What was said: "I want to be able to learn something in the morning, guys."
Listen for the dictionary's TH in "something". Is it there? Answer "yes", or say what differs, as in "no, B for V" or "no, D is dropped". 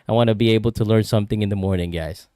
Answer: yes